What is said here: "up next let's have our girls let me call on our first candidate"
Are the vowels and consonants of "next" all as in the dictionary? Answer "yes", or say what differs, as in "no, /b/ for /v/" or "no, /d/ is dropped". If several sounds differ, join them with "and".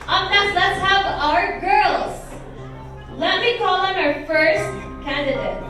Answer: no, /k/ is dropped